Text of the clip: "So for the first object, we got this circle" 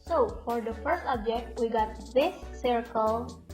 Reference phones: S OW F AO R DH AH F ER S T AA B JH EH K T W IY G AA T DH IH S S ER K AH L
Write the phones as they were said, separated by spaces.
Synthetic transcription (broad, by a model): S OW F AO R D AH F ER S T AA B JH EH K T W IY G AA T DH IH S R K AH L